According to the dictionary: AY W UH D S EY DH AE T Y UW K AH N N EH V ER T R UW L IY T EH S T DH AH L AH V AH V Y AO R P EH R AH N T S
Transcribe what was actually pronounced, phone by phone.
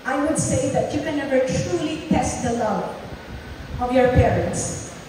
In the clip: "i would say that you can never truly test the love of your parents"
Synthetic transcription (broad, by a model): AY W UH D S EY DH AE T Y UW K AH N N EH V ER T R UW L IY T EH S T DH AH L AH AH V Y AO R P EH R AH N T S